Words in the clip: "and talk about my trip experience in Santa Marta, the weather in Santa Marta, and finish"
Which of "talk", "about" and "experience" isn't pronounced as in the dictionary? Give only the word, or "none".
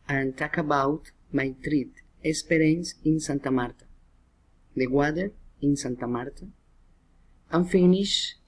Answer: experience